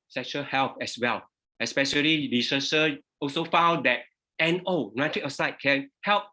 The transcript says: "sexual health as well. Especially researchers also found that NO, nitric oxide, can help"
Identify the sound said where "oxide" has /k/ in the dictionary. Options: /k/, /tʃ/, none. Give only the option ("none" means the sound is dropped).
none